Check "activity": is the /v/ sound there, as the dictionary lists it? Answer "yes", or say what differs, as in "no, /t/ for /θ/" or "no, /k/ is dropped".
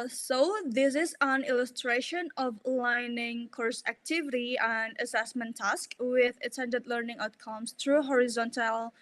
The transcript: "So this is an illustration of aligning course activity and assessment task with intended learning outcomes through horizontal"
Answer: yes